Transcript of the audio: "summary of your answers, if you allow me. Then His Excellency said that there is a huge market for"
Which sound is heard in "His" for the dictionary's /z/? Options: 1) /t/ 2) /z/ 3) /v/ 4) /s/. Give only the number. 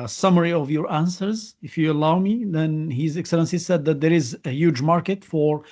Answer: 2